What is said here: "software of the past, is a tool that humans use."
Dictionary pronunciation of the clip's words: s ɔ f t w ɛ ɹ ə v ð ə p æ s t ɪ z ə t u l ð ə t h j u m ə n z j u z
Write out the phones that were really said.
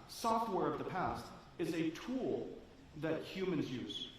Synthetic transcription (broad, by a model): s ɔ f t w ɛ ɹ ə v ð ə p æ s t ɪ z ə t u l ð ə t h j u m ə n z j u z